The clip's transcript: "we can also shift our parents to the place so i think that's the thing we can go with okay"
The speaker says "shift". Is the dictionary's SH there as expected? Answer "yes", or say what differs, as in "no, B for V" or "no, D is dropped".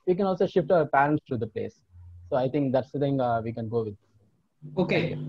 yes